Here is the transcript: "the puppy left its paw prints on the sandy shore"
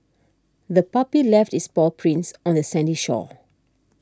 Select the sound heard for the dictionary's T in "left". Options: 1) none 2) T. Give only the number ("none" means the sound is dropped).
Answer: 2